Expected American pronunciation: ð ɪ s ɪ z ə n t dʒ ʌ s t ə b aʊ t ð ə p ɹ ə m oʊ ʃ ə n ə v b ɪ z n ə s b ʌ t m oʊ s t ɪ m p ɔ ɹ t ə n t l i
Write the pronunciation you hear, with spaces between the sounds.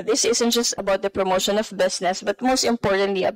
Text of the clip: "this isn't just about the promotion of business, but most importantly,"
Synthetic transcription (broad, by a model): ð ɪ s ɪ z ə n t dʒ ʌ s t ə b aʊ t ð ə p ɹ ə m oʊ ʃ ə n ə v b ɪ s n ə s b ʌ t m oʊ s t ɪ m p ɔ ɹ t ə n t l i